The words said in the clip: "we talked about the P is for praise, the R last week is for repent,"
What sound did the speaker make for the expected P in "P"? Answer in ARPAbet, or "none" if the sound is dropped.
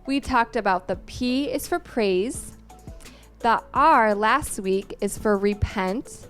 P